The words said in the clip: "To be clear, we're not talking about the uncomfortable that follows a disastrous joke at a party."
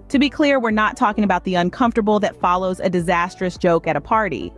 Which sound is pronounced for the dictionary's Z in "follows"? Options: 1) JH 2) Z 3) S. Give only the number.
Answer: 2